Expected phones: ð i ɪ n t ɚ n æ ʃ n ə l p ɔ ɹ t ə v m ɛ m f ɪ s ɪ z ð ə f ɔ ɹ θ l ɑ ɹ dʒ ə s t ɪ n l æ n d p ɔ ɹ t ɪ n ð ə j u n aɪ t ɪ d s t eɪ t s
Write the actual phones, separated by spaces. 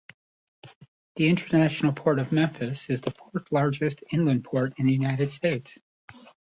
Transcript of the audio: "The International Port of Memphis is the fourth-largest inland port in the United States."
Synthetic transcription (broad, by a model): ð i ɪ n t ɚ n æ ʃ n l p ɔ ɹ t ə v m ɛ m f ɪ s ɪ z ð ə f ɔ ɹ θ l ɑ ɹ dʒ ə s t ɪ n l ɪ n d p ɔ ɹ t ɪ n ð ə j u n aɪ t ɪ d s t eɪ t s